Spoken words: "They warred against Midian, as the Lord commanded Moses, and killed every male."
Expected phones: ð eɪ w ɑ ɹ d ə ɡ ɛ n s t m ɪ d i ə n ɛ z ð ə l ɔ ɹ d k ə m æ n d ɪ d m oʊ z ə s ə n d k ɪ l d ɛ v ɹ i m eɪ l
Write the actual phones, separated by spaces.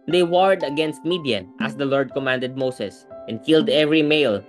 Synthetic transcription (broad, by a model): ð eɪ w ɑ ɹ d ə ɡ ɛ n s t m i d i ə n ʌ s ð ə l ɔ ɹ d k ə m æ n d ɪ d m oʊ s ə s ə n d k ɪ l d ɛ v ɹ i m eɪ l